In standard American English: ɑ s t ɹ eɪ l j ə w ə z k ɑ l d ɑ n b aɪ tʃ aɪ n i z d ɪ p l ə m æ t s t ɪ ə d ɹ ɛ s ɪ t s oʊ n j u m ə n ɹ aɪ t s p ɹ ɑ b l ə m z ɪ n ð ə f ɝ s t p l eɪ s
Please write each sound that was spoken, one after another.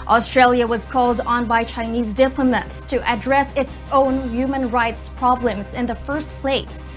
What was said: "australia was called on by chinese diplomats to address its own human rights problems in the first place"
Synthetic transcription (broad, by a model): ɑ s t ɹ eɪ l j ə w ə z k ɑ l d n b aɪ tʃ aɪ n i z d ɪ p l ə m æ t s t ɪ ə d ɹ ɛ s ɪ t s oʊ n j u m ə n ɹ aɪ t s p ɹ ɑ b l ə m z ɪ n ð ə f ɝ s t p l eɪ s